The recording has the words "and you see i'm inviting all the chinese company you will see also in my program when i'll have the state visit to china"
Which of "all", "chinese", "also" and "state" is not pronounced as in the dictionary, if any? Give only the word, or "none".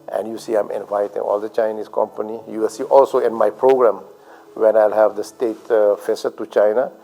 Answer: chinese